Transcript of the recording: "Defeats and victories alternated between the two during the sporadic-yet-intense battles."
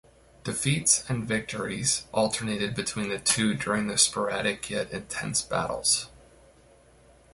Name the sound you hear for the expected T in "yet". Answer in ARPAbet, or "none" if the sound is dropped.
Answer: T